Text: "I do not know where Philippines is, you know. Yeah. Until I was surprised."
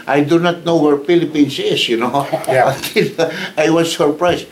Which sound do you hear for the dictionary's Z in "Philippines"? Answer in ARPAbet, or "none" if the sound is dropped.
S